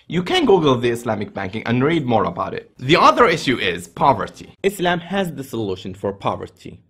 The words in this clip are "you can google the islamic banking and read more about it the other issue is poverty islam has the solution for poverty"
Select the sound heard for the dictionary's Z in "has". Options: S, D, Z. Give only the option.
Z